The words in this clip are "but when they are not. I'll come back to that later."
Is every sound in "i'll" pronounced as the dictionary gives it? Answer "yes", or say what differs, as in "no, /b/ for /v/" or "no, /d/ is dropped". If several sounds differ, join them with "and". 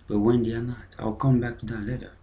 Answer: yes